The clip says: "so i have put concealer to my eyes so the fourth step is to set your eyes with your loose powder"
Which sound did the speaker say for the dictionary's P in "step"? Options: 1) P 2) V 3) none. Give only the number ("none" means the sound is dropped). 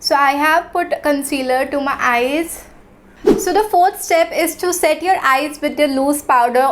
1